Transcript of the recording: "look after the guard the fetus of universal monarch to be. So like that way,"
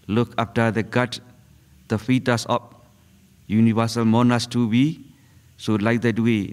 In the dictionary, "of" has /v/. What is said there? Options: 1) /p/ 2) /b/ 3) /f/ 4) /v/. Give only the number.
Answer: 1